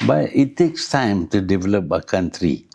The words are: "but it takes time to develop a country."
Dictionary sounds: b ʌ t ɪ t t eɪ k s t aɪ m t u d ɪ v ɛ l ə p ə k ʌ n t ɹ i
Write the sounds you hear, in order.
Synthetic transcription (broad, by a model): b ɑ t ɪ t t eɪ k s t aɪ m t u d ɪ v ɛ l ə p ə k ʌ n t ɹ i